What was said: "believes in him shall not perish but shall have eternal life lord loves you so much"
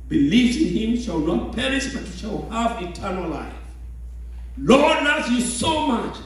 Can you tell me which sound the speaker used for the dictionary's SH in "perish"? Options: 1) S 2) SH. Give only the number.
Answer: 1